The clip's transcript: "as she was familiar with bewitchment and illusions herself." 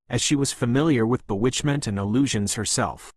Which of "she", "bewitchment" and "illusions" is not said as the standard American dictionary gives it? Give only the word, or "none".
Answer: none